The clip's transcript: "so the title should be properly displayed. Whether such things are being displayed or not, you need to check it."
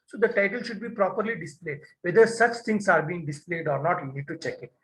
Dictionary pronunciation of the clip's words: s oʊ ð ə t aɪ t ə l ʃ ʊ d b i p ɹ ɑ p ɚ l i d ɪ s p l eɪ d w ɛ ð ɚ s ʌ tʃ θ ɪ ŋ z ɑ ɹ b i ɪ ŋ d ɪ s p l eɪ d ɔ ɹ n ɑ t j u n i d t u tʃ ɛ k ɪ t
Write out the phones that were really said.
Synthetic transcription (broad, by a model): s oʊ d ə t aɪ t ə l ʃ ʊ d b i p ɹ ɑ p ɚ l i d ɪ s p l eɪ d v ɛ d ɚ s ʌ tʃ t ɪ ŋ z ɑ ɹ b i ɪ ŋ d ɪ s p l eɪ d ɔ ɹ n ɑ t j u n i d t u tʃ ɛ k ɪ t